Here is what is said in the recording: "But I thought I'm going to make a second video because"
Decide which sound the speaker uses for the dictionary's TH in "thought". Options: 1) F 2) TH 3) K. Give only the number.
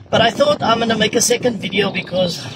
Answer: 2